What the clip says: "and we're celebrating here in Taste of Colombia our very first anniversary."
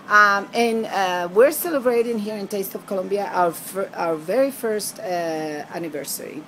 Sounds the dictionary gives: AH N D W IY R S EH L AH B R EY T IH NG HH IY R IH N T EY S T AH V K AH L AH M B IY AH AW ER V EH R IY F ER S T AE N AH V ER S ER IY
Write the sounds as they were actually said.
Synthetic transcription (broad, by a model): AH N W IY R S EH L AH B R EY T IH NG HH IY R IH N T EY S T AH V K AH L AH M B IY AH AW ER V EH R IY F ER S T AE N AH V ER S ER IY